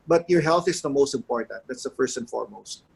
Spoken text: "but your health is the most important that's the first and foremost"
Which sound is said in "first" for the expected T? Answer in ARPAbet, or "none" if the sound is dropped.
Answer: T